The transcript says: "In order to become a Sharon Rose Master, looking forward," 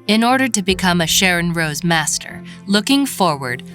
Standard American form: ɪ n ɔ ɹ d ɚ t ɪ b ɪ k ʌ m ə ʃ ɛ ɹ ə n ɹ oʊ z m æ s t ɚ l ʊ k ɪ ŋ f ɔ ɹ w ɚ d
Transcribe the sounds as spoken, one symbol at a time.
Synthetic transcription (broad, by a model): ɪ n ɔ ɹ d ɚ t ɪ b ɪ k ʌ m ə ʃ ɛ ɹ ə n ɹ oʊ z m æ s t ɚ l ʊ k ɪ ŋ f ɔ ɹ w ɚ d